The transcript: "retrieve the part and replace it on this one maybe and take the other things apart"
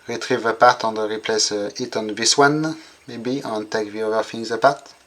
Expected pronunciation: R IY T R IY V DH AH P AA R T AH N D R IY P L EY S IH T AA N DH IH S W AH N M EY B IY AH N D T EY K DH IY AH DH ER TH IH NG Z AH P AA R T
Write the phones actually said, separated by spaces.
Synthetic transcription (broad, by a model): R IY T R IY V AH P AA R T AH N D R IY P L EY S IH T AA N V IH S W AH N M EY B IY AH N T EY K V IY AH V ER F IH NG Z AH P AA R T